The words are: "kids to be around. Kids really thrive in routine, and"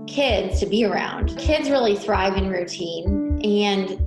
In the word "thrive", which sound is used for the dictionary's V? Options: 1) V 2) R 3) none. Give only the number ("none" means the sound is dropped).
1